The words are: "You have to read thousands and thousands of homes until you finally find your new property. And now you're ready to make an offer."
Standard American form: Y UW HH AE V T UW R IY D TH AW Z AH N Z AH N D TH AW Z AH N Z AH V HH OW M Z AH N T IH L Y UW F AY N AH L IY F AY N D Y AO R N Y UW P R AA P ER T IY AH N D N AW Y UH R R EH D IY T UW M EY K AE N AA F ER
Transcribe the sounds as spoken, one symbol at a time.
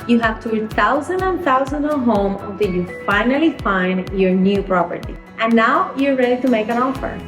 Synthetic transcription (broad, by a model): Y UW HH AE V T UW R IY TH AW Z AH N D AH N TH AW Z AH N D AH HH OW M AH N T IH L Y UW F AY N AH L IY F AY N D Y AO R N Y UW P R AA P ER T IY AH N N AW Y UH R R EH D IY T UW M EY K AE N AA F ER